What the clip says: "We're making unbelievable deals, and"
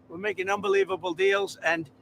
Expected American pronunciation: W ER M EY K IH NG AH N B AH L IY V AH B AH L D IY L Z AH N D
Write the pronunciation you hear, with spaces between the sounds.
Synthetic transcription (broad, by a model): W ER M EY K IH NG AH N B AH L IY V AH B AH L D IY L Z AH N